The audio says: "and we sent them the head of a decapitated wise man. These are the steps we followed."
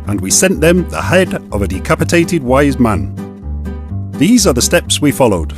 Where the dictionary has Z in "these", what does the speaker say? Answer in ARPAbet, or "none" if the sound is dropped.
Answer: Z